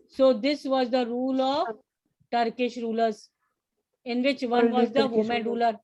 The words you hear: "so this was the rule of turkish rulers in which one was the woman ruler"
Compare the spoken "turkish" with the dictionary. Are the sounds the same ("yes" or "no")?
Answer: yes